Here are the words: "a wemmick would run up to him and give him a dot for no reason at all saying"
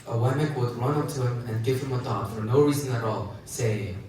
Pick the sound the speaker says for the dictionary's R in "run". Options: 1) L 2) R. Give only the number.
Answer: 2